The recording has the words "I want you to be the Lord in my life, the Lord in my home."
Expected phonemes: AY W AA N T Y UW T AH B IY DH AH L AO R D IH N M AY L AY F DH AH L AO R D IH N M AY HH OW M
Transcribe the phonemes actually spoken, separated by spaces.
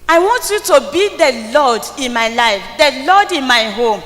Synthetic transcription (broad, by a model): AY W AA N T Y UW T AH B IY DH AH L AO D IH N M AY L AY F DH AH L AO D IH N M AY HH OW M